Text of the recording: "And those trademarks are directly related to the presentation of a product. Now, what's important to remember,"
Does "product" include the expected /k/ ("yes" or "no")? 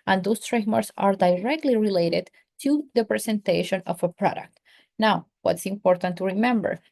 yes